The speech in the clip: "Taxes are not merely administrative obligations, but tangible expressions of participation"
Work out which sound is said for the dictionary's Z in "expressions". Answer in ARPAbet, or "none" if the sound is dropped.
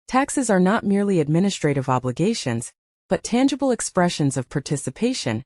Z